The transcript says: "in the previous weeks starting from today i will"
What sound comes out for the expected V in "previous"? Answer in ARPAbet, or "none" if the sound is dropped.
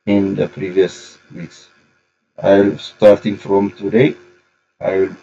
V